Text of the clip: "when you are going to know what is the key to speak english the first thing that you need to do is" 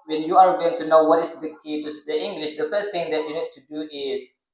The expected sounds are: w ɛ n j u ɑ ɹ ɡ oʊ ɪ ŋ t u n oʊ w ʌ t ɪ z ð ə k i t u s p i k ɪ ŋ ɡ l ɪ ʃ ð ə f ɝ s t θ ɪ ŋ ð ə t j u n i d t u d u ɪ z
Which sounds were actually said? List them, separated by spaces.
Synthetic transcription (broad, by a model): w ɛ n j u ɑ ɹ ɡ oʊ ɪ ŋ t u n oʊ w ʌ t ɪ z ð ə k i t u s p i ɪ ŋ ɡ l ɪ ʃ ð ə f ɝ s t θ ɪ ŋ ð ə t j u n i d t u d u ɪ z